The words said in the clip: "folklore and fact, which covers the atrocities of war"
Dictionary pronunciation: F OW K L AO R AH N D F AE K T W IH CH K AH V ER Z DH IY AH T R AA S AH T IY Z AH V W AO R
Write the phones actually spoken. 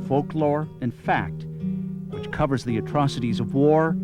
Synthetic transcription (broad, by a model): F OW K L AO R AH N F AE K T W IH CH K AH V ER Z DH IY AH T R AA S AH T IY Z AH V W AO R